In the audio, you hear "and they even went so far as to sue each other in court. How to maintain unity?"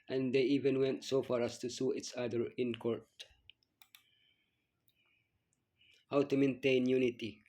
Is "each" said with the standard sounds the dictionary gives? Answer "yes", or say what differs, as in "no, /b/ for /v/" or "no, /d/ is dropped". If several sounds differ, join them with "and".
no, /s/ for /tʃ/